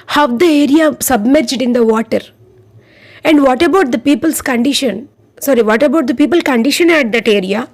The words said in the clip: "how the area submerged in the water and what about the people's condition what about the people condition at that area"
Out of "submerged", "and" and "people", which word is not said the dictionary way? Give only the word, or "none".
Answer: none